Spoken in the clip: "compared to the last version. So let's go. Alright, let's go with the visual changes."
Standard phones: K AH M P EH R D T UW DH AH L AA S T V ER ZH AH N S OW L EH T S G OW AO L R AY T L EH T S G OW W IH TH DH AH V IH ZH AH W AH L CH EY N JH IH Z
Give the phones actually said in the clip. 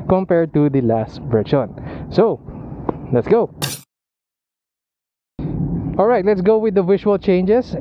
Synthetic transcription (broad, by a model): K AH M P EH R D T UW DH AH L AA S T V ER SH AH N S OW L EH T S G OW AO L R AY T L EH T S G OW W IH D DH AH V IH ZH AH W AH L CH EY N JH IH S